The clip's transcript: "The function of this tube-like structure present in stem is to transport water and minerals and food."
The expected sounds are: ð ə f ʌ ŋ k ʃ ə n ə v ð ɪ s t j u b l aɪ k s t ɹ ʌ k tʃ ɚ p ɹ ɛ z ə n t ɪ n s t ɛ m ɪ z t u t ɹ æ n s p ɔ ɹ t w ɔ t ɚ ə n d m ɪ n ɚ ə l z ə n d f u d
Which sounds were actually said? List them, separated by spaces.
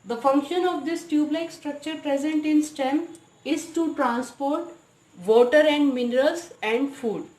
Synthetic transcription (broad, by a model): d ə f ʌ ŋ k ʃ ə n ə v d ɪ s t j u b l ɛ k s t ɹ ʌ k tʃ ɚ p ɹ ɛ z ə n t ɪ n s t ɛ m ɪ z t u t ɹ æ n s p ɔ ɹ t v ɔ t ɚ ə n d m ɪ n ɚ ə l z ə n d f u d